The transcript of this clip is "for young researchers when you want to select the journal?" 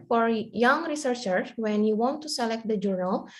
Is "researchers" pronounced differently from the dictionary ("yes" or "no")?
yes